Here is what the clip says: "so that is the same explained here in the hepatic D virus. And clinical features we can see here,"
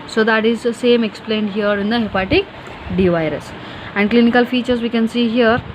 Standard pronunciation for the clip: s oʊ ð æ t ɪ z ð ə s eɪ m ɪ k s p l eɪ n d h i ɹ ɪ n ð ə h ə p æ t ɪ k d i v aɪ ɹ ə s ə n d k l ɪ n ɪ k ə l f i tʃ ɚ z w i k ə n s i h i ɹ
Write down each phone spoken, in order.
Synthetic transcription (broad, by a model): s oʊ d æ t ɪ z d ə s eɪ m ɪ k s p l eɪ n d h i ɹ ɪ n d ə h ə p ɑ t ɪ k d i v aɪ ɹ ə s ə n d k l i n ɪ k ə l f i tʃ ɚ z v i k ə n s i h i ɹ